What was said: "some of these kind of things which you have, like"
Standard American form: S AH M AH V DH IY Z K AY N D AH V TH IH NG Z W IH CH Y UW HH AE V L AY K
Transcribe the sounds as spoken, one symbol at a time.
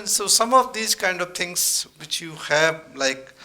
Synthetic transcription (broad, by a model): S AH M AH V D IY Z K AY N D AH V T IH NG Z W IH CH Y UW HH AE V L AY K